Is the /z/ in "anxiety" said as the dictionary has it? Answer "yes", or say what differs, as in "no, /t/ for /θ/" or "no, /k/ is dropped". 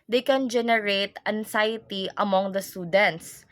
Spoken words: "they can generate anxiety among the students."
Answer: no, /s/ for /z/